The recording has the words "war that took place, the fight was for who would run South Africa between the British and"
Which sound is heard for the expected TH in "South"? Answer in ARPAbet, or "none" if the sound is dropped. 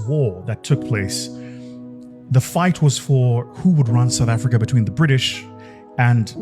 TH